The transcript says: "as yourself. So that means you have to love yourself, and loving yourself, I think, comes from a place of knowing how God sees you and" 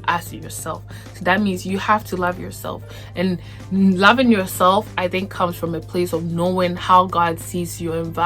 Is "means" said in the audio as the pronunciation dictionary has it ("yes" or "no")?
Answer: yes